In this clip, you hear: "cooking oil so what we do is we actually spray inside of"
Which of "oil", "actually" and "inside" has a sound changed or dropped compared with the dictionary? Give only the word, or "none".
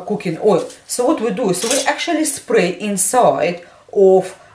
none